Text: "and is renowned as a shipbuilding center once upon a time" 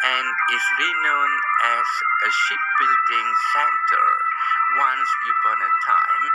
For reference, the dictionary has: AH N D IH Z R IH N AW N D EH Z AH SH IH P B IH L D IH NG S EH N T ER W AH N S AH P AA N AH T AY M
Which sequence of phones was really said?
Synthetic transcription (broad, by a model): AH N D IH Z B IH N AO N EH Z AH SH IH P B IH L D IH NG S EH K T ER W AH N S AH AA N AH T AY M